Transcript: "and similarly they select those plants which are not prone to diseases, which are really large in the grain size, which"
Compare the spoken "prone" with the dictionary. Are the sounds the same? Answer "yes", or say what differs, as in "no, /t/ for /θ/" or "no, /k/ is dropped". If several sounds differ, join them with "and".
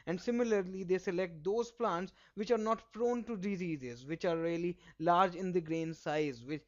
no, /f/ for /p/